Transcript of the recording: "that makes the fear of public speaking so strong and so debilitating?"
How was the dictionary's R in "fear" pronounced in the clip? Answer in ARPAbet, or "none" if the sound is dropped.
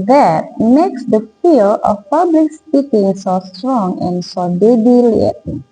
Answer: L